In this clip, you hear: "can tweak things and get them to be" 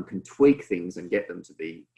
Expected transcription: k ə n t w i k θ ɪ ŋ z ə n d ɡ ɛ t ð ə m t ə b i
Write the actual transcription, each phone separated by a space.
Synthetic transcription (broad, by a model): k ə n t w i k θ ɪ ŋ z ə n ɡ ɛ t ð ə m t ə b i